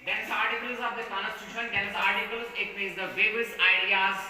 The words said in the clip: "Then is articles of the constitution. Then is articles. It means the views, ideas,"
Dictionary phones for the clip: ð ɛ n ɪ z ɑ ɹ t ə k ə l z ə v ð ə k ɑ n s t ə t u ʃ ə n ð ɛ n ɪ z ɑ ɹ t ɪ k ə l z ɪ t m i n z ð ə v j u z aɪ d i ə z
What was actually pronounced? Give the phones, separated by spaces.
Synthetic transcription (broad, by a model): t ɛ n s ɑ ɹ t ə k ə l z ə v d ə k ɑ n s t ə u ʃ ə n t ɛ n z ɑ ɹ t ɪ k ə l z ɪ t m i z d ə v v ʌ s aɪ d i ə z